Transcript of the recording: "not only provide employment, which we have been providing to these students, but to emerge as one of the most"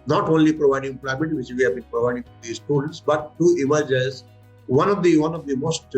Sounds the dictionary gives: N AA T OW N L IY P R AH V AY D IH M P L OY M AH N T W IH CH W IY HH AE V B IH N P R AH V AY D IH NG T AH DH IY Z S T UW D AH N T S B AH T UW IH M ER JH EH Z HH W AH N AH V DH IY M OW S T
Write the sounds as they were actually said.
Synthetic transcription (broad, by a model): N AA T OW N L IY P R AH V AY D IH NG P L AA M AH T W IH CH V IY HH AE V B IH N P R AH V AY D IH NG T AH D IY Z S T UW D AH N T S B AH T UW IH M ER JH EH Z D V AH N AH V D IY M OW S T